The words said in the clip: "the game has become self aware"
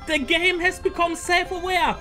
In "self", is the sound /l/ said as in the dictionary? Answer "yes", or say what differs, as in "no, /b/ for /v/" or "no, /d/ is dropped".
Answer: no, /l/ is dropped